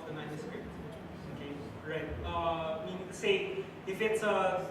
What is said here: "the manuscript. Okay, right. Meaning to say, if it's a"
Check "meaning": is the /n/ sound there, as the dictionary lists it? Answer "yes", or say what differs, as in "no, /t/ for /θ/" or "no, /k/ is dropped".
no, /n/ is dropped